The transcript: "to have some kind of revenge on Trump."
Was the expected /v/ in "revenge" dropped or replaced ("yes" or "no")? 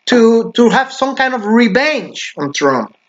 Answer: yes